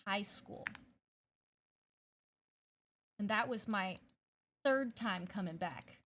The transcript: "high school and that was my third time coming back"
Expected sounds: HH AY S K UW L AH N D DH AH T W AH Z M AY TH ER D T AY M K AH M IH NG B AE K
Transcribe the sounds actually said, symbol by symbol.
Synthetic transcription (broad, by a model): HH AY S K UW L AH N DH AH T W AH Z M AY TH ER D T AY M K AH M IH NG B AE K